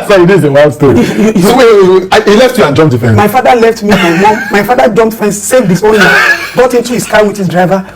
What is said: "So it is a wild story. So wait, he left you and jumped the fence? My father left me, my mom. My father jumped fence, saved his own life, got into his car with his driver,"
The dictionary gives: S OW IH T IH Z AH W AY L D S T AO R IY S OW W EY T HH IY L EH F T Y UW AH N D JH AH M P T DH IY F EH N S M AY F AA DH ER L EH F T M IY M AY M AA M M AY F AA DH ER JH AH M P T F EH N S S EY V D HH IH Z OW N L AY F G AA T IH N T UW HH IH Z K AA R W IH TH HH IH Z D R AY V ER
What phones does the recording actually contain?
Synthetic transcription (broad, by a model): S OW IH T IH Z AH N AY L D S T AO IY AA HH IY L EH F T Y UW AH N JH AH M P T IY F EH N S M AY F AA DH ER L EH F T M IY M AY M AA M M AY F AA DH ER JH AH M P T F EH N S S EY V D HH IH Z OW N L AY G AA T IH N T UW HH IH S K AA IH W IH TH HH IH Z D R AY V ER